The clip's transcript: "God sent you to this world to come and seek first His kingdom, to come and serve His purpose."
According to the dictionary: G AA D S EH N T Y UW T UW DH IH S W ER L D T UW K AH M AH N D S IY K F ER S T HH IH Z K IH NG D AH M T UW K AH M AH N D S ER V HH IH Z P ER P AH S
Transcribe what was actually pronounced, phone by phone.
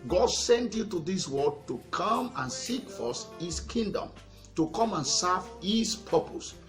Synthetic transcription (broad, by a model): G AA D S EH N T Y UW T UW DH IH S W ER D T UW K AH M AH N S IY K F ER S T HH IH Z K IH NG D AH M T UW K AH M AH N S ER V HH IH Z P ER P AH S